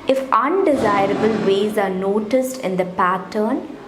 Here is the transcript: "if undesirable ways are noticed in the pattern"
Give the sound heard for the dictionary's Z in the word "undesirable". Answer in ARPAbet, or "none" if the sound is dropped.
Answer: Z